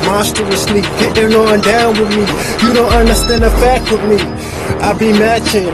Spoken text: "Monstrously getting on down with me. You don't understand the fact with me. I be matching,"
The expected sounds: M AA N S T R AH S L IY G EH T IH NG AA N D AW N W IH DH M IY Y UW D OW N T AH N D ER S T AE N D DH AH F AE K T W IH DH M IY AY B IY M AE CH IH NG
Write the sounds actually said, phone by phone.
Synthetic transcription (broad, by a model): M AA S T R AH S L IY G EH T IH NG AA N D AW N W IH DH M IY Y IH D OW N T AH N D ER S T AE N D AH F AE K T W IH DH M IY AY B IY M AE CH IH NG